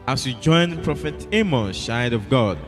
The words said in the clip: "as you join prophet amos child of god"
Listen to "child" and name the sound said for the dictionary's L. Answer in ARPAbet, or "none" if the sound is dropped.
none